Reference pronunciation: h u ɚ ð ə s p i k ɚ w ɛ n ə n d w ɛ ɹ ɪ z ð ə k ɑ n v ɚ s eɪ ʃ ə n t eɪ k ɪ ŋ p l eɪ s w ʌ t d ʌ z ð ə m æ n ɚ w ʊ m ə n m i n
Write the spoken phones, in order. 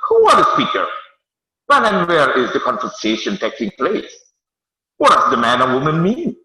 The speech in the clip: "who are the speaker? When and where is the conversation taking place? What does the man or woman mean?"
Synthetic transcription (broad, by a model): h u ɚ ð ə s p i k ɚ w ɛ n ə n w ɛ ɹ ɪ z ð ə k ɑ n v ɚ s eɪ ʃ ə n t eɪ k ɪ ŋ p l eɪ s w ʌ t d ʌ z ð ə m æ n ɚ w ʊ m ə n m i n